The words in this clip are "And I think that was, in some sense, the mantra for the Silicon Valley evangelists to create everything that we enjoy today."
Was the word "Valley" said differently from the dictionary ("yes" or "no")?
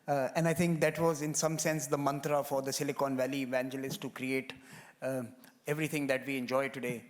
no